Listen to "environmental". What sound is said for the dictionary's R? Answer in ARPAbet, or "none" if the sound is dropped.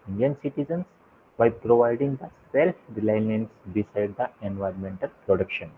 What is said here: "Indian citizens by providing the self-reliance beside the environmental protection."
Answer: R